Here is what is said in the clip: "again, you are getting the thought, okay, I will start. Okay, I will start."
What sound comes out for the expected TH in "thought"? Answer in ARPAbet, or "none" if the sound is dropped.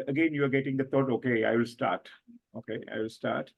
T